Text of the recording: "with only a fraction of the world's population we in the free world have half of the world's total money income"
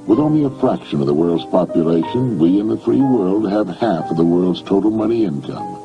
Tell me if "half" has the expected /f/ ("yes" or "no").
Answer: yes